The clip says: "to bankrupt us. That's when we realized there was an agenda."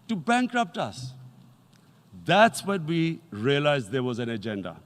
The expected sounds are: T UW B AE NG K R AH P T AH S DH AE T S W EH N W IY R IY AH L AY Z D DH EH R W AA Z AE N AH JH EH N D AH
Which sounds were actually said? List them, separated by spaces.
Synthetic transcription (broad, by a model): T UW B AE NG K R AH P T AH S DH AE T S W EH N W IY R IY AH L AY Z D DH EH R W AA Z AE N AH JH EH N D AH